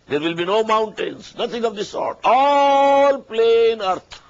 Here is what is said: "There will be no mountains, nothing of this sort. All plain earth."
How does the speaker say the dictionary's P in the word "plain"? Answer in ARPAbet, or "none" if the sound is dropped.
P